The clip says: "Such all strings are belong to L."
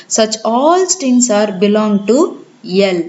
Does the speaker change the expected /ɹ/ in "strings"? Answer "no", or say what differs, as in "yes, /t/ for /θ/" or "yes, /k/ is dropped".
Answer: yes, /ɹ/ is dropped